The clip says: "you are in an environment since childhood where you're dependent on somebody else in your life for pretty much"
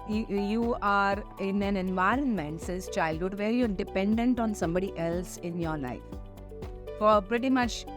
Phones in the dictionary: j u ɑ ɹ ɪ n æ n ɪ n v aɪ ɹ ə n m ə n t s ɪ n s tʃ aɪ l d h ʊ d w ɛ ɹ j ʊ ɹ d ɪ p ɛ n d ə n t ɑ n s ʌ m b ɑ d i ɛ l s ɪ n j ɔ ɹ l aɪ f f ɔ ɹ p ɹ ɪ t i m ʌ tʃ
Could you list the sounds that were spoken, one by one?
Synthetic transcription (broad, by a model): j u ɑ ɹ ɪ n æ n ɪ n v aɪ ɹ ə n m ə n t s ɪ s tʃ aɪ l d h ʊ d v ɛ ɹ j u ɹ d ɪ p ɛ n d ə n t ɑ n s ʌ m b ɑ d i ɛ l s ɪ n j ɔ ɹ l aɪ f f ɔ ɹ p ɹ ɪ t i m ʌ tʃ